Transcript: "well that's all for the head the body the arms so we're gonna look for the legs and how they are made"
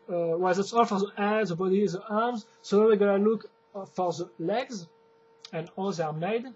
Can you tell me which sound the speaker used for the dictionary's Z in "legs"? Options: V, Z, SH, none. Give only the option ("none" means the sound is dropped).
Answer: Z